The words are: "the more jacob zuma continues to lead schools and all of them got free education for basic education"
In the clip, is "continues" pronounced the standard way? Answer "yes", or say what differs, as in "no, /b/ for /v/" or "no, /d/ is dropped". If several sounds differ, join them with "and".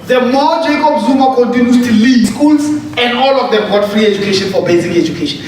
no, /z/ is dropped